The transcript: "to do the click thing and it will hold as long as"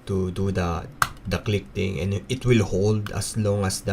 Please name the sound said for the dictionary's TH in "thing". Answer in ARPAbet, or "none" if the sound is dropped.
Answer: T